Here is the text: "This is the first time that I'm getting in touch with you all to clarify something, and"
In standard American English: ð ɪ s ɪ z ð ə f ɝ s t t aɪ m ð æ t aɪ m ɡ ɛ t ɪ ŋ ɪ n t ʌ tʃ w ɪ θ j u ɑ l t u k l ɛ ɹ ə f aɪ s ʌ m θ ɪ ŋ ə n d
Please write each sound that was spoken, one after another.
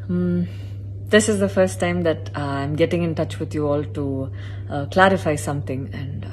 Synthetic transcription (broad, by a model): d ɪ s ɪ z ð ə f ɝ s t t aɪ m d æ t aɪ m ɡ ɛ t ɪ ŋ ɪ n t ʌ tʃ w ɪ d j u ɑ l t u k l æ ɹ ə f aɪ s ʌ m t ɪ ŋ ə n d